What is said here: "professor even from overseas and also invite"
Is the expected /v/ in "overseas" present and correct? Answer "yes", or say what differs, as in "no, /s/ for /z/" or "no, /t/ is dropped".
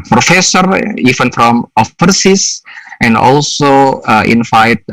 no, /f/ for /v/